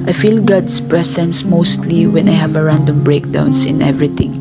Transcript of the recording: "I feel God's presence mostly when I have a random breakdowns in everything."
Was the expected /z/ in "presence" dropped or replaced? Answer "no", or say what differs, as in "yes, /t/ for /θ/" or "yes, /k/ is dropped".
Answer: yes, /s/ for /z/